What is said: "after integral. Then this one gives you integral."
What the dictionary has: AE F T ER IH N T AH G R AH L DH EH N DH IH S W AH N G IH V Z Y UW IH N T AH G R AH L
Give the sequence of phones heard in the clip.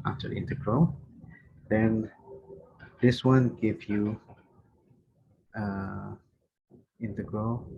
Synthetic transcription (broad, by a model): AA F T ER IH N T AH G R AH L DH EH N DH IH S W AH N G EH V Y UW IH N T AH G R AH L